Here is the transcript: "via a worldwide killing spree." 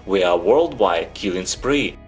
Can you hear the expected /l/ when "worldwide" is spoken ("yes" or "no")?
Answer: yes